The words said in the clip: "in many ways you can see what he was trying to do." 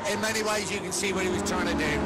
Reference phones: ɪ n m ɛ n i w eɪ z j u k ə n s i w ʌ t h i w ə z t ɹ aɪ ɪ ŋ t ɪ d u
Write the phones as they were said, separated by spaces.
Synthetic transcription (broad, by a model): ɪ n m ɛ n i w eɪ z j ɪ k ə n s i w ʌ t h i w ə z t ɹ aɪ ɪ ŋ t ɪ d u